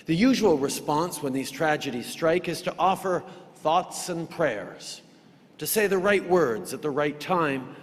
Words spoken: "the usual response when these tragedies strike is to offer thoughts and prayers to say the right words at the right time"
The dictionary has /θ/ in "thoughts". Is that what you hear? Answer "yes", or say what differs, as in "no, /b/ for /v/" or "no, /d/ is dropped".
yes